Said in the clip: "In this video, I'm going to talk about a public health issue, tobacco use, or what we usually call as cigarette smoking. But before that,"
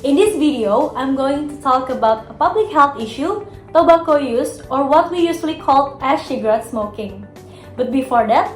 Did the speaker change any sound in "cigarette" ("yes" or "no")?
yes